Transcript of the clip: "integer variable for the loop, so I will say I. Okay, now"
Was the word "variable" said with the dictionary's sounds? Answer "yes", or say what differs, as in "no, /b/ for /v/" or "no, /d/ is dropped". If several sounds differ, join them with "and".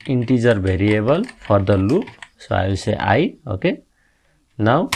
no, /b/ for /v/